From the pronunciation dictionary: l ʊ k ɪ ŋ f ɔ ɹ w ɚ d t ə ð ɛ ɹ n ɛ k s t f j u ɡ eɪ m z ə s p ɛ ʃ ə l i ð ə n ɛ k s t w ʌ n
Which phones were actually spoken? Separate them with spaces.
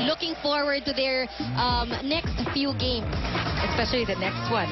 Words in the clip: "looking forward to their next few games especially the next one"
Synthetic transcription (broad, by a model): l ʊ k ɪ ŋ f ɔ ɹ w ɚ d t ə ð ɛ ɹ n ɛ k s t f j u ɡ eɪ m s ə s p ɛ ʃ ə l i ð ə n ɛ k s t w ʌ n